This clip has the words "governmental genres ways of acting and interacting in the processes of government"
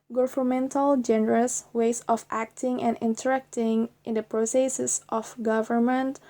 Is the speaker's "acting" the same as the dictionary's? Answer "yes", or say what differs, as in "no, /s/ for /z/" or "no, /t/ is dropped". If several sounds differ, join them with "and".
yes